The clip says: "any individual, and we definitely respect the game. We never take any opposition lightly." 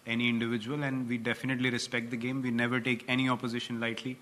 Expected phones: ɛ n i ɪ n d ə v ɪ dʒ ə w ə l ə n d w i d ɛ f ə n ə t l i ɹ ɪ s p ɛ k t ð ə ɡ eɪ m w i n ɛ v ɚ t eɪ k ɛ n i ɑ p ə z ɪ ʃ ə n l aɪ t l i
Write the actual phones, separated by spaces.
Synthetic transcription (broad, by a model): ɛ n i ɪ n d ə v ɪ dʒ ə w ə l ə n d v i d ɛ f ə n ə t l i ɹ ɪ s p ɛ k t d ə ɡ eɪ m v i n ɛ v ɚ t eɪ k ɛ n i ɑ p ə z ɪ ʃ ə n l aɪ t l i